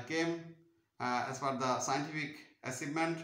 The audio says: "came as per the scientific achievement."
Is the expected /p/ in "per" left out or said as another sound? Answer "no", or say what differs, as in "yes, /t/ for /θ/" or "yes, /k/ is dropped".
yes, /f/ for /p/